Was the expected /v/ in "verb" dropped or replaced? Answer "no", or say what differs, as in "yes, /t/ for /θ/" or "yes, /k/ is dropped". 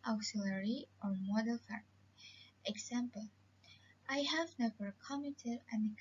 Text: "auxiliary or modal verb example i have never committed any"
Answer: yes, /f/ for /v/